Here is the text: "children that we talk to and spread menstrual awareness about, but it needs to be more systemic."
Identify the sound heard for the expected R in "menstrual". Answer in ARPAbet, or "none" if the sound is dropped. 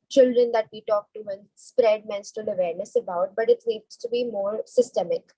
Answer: none